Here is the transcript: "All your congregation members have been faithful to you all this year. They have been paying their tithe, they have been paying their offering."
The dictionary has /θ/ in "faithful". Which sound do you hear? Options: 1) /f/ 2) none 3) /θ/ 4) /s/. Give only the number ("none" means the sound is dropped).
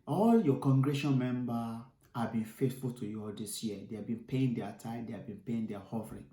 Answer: 4